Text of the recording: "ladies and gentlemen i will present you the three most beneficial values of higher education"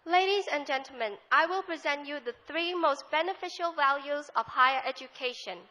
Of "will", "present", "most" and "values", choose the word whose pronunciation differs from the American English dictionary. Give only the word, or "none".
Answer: none